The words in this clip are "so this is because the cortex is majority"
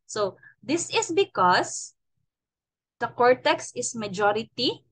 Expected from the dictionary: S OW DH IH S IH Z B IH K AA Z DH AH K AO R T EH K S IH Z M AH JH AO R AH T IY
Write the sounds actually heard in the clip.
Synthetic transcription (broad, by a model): S OW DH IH S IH S B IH K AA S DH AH K AO R T EH K S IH S M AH JH AO R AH T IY